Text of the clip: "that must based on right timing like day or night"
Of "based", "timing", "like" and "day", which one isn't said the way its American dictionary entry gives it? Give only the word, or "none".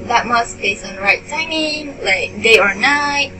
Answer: based